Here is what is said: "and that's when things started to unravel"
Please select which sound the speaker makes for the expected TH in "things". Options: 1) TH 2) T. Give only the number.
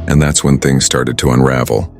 1